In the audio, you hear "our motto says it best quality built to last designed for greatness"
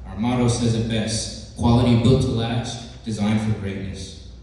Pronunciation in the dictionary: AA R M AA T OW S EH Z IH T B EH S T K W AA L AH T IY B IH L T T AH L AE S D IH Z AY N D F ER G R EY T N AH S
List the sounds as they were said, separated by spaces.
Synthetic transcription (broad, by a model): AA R M AA T OW S EH Z IH T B EH S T K W AA L AH T IY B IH L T T AH L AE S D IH Z AY N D F ER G R EY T N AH S